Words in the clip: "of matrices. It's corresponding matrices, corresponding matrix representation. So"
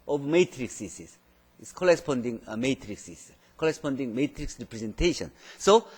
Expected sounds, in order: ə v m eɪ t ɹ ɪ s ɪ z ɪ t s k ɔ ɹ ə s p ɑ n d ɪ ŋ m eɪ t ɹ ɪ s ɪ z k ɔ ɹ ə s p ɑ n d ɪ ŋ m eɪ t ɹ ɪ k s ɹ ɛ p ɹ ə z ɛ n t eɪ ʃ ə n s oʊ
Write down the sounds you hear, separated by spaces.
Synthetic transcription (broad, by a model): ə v m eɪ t ɹ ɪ s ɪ s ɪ s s k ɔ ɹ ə s p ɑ n d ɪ ŋ m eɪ t ɹ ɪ s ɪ s k ɔ ɹ ə s p ɑ n d ɪ ŋ m eɪ t ɹ ɪ k s ɹ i p ɹ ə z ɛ n t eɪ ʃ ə n s oʊ